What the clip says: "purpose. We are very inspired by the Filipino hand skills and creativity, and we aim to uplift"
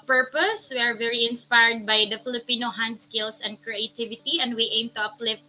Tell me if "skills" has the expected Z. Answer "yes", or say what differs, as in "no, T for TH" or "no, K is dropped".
no, S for Z